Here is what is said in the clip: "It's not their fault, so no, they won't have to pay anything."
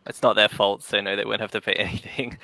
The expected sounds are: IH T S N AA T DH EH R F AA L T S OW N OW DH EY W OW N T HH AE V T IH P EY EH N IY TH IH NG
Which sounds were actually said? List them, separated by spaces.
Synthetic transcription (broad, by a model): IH T S N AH T DH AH R F AA L T S OW N OW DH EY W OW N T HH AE F T IH P EY EH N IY TH IH NG